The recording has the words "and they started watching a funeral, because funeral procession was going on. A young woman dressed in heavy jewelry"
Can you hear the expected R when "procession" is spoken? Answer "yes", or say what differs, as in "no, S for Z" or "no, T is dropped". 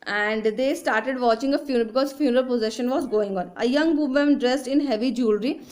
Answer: no, R is dropped